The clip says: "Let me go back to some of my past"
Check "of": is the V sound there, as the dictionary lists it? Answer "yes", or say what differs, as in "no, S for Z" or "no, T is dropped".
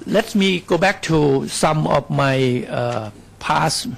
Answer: no, F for V